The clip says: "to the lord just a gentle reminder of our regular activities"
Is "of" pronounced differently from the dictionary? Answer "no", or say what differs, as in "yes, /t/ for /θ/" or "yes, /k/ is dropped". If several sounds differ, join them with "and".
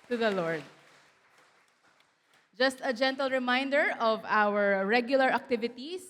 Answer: no